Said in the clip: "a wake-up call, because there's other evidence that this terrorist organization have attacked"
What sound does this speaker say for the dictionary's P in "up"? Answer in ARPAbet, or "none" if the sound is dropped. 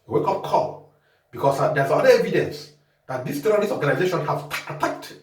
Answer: F